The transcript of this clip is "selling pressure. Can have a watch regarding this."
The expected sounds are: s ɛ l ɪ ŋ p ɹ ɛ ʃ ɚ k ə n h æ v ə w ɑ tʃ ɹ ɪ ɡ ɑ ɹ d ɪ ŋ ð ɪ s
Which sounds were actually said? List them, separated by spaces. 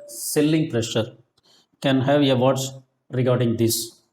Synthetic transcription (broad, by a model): s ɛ l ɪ ŋ p ɹ ɛ ʃ ɚ k ə n h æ v ə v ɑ s ɹ ɪ ɡ ɑ ɹ d ɪ ŋ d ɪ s